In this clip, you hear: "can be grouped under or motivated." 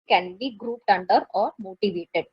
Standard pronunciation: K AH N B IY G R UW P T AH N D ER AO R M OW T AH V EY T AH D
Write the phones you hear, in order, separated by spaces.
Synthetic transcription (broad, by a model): K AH N B IY G R UW P T AH N D ER AO R M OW T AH V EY T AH D